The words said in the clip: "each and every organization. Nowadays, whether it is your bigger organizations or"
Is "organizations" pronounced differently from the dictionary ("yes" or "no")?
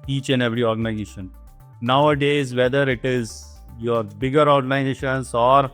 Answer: yes